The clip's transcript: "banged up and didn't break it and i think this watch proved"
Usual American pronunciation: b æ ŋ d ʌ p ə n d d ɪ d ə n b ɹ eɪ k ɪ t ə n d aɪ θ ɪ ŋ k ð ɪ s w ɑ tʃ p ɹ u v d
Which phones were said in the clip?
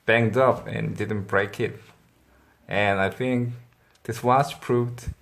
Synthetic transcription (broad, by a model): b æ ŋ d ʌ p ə n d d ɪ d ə n b ɹ eɪ k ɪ t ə n aɪ θ ɪ ŋ k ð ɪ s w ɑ s p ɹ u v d